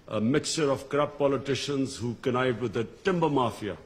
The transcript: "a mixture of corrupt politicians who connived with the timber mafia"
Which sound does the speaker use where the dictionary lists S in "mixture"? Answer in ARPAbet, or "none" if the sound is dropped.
S